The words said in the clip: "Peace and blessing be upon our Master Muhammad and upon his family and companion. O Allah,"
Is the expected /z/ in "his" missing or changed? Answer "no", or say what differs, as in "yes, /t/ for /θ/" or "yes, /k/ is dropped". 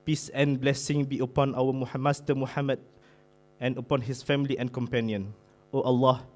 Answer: yes, /s/ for /z/